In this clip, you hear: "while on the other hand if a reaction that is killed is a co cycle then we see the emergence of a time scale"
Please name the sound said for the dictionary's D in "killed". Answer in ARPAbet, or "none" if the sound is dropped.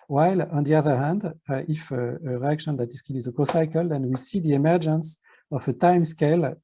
none